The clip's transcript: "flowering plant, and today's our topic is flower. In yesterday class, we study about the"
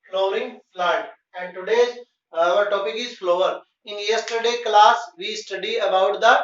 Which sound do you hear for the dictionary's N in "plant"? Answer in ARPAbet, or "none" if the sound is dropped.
none